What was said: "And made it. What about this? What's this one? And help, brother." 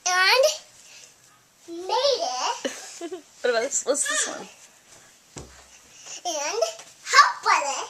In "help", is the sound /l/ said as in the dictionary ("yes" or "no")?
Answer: no